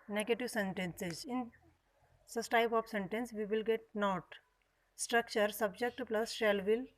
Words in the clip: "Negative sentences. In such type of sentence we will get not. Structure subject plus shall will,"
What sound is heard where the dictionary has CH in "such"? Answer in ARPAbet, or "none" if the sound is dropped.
S